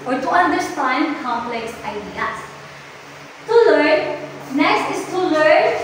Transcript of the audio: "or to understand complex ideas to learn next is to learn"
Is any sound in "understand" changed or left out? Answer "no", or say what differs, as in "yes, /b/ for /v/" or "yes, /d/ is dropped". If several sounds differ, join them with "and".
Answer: yes, /s/ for /t/